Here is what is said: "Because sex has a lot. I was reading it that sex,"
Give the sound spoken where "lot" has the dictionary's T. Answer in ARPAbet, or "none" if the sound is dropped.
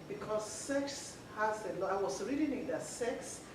none